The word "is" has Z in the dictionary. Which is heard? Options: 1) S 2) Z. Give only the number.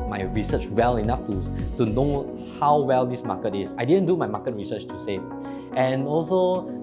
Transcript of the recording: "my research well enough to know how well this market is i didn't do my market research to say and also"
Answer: 1